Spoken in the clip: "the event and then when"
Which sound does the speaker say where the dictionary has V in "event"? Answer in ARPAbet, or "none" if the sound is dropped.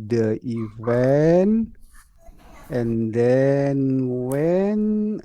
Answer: W